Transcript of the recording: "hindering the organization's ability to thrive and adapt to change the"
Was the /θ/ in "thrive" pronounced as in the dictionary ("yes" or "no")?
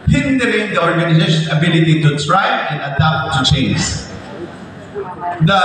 no